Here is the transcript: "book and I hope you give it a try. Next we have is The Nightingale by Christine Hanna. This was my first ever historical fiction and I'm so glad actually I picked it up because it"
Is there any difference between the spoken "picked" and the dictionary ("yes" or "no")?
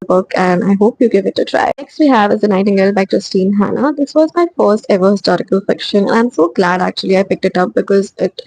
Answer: no